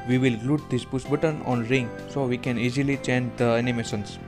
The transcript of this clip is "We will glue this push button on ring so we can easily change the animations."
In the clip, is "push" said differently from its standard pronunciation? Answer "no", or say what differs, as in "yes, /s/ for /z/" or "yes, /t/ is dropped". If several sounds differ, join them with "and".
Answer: yes, /s/ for /ʃ/